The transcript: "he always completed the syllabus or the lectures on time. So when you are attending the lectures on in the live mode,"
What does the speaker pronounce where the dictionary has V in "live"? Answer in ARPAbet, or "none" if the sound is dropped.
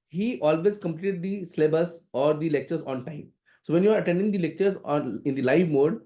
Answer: V